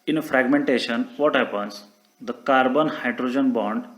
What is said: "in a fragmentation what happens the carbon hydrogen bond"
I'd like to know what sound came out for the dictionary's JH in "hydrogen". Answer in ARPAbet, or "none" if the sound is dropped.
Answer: JH